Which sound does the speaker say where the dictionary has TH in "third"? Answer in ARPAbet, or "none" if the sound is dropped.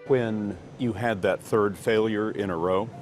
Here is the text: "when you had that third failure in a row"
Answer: TH